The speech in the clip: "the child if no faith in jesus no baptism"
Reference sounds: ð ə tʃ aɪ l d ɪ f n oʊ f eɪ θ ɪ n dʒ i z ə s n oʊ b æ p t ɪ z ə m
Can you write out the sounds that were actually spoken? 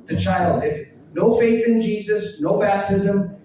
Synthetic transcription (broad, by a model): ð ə tʃ aɪ l d ɪ f n oʊ f eɪ θ ɪ n dʒ i z ə s n oʊ b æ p t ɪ z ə m